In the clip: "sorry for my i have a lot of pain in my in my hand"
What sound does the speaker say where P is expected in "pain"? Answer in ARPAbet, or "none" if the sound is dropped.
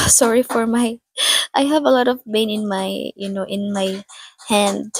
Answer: B